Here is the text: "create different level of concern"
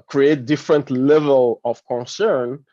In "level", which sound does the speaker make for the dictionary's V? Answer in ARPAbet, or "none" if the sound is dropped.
V